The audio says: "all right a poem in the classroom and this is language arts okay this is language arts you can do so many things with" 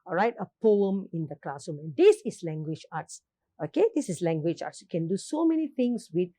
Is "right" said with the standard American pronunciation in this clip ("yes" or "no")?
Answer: yes